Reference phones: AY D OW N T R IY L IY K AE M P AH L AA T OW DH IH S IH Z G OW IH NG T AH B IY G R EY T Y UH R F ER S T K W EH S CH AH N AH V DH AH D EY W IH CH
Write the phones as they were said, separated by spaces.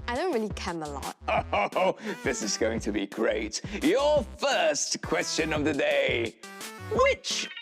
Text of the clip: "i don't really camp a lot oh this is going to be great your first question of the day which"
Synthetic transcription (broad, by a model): AY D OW N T R IY L IY K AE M AH L AA T OW DH IH S IH Z G OW IH NG T AH B IY G R EY T Y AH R F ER S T K W EH S CH AH N AH V DH AH D EY W IH CH